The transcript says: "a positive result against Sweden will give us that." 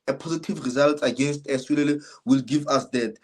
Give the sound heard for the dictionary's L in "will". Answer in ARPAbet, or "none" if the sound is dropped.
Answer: L